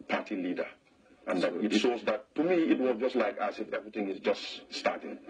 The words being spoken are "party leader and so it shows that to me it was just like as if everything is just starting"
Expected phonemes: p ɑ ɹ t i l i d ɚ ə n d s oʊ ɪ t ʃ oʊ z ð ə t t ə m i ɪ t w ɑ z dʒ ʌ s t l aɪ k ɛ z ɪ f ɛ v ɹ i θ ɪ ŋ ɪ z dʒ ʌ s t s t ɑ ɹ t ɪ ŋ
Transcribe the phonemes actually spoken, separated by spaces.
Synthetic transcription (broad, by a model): p ɑ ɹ t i l i d ɚ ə n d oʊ ɪ t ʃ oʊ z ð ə t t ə m i ɪ t w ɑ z dʒ ʌ s t l aɪ k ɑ s ɪ f ɛ v ɹ i θ ɪ ŋ ɪ z dʒ ʌ s t s t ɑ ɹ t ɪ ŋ